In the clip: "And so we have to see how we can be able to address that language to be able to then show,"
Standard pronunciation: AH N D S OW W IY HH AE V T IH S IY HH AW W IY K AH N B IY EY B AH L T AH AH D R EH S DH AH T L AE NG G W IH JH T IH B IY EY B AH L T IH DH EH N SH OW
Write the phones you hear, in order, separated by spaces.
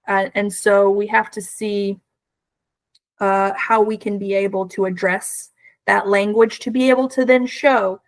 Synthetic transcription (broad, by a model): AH N S OW W IY HH AE F T IH S IY HH AW W IY K AH N B IY EY B L T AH AH D R EH S DH AH T L AE NG G W IH JH T IH B IY EY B L T IH DH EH N SH OW